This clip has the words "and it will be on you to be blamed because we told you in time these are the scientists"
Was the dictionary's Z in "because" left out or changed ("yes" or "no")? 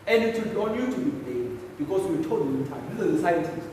yes